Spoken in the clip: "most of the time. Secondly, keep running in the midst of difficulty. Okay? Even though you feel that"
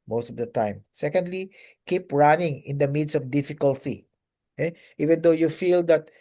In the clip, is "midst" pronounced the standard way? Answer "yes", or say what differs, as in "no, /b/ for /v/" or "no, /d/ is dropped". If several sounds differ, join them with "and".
no, /t/ is dropped